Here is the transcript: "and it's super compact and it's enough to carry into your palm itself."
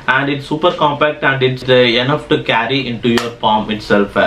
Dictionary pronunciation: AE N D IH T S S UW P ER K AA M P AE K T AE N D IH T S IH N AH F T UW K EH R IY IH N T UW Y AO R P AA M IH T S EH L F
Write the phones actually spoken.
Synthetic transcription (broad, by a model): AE N D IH T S S UW P ER K AA M P AE K T AE N D IH T S IH N AH F T UW K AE R IY IH N T UW Y AO R F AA M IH T S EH L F